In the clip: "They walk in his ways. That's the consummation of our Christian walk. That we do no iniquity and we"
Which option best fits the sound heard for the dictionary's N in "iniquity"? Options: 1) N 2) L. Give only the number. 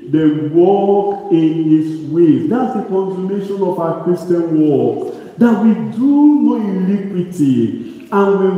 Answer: 2